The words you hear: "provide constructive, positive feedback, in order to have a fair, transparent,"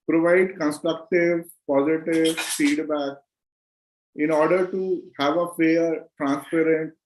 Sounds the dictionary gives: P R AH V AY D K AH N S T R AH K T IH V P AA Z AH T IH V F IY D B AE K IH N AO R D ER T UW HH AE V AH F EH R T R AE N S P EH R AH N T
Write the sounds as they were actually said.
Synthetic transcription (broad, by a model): P R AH V AY D K AH N S T R AH K T IH V P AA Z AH T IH V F IY D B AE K IH N AO R D ER T UW HH AE V AH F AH R T R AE N S P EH R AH N T